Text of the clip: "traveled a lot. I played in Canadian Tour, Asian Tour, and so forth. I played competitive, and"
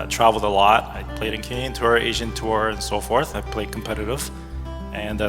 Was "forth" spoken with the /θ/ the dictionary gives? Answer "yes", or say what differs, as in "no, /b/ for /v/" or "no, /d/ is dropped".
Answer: yes